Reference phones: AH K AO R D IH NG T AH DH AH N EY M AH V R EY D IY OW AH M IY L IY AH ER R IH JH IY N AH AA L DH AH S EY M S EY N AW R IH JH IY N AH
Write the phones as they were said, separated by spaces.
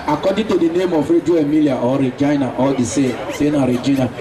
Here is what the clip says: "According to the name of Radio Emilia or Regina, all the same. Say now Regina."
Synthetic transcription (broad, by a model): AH K AO D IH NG T AH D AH N EY M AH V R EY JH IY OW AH M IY L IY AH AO R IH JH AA N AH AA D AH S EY S EY N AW R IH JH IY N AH